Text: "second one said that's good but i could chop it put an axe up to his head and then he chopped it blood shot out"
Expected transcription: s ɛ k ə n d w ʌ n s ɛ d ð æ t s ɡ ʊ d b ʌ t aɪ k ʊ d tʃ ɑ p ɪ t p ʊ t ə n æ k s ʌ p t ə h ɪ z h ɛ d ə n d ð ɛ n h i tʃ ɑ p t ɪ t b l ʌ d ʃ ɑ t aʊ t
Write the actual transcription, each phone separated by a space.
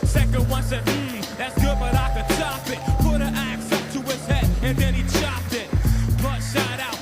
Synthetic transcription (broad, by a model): s ɛ k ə n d w ʌ n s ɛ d ð æ t s ɡ ʊ d b ʌ t aɪ k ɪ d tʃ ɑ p ɪ t p ʊ t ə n æ k s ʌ t ə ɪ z h ɛ d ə n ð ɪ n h i tʃ ɑ p t ɪ t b ʌ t ʃ ɑ t aʊ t